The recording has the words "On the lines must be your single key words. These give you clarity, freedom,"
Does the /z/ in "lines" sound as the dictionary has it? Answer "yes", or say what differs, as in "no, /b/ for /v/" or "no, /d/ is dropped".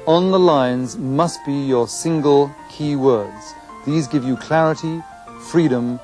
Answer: yes